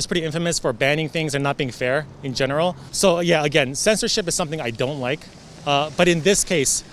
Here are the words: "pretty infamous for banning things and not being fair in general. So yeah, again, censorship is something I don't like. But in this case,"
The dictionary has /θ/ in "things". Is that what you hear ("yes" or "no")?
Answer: yes